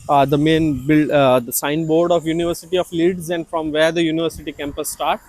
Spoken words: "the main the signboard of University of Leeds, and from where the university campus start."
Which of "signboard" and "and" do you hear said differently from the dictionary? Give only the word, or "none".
none